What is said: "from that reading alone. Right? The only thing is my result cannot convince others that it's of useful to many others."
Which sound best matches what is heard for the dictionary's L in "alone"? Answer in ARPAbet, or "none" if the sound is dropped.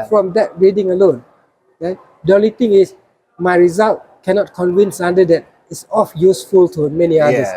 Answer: L